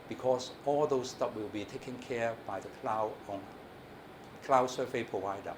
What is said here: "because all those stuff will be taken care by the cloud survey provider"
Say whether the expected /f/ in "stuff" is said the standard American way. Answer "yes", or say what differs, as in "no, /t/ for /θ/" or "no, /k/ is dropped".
no, /p/ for /f/